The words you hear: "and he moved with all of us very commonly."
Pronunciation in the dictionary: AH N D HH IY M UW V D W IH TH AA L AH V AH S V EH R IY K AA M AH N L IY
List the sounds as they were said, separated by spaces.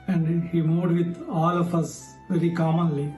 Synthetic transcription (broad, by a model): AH N D HH IY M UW D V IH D AA L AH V AH S V EH R IY K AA M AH N L IY